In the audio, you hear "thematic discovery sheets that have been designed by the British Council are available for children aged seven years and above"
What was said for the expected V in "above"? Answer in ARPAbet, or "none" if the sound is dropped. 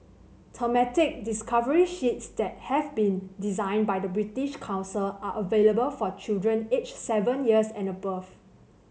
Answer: F